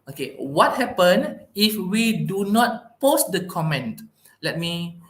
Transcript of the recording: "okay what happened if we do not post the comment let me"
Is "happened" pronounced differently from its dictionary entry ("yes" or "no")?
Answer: yes